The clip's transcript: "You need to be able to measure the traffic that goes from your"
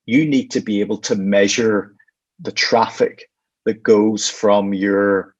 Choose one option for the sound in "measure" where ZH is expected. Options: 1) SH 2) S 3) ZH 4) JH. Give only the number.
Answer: 3